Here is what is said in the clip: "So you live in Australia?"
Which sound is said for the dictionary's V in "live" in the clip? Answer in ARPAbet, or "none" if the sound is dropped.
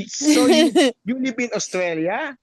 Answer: P